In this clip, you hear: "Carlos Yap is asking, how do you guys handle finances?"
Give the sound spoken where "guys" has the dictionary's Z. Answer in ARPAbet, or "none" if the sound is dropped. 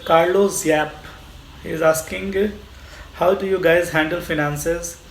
Z